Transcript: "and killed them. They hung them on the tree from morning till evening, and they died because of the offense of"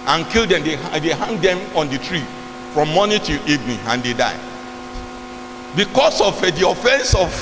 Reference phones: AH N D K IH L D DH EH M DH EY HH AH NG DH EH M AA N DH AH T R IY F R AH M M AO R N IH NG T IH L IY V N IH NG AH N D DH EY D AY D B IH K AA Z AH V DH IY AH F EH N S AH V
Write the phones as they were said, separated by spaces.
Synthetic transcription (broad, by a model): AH N K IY L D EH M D EY HH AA NG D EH M AA N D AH T R IY F R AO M M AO N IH T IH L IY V N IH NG AH N D EY D AY B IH K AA S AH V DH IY AH F EH N S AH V